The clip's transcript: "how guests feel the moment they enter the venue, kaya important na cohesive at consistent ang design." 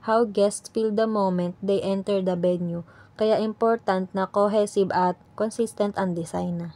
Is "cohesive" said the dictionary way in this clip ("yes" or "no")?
no